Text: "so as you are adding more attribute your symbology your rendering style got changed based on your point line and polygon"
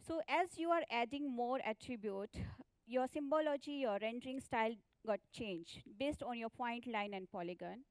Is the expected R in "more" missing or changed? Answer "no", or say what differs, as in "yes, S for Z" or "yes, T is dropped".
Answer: no